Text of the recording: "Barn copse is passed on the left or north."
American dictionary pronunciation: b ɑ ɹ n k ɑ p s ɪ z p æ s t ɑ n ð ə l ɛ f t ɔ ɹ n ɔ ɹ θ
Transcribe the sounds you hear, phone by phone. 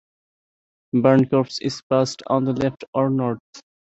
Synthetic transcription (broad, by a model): b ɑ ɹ n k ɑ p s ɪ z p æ s t ɑ n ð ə l ɛ f t ɔ ɹ n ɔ ɹ t